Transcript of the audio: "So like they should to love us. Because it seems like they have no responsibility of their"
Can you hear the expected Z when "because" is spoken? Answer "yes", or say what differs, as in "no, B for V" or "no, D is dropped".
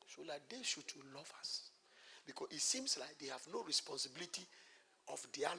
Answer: no, Z is dropped